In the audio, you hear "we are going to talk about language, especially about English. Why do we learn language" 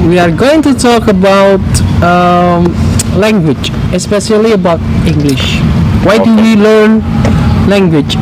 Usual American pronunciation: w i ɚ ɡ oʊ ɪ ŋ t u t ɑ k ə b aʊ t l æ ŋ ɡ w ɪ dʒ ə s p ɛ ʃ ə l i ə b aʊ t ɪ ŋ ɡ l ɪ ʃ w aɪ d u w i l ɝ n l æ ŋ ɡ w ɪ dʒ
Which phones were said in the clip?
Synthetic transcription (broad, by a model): w i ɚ ɡ oʊ ɪ ŋ t u t ɑ k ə b aʊ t l æ ŋ ɡ w ɪ dʒ ə s p ɛ ʃ ə l i ə b aʊ t ɪ ŋ ɡ l ɪ ʃ w aɪ d u w i l ɝ n l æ ŋ ɡ w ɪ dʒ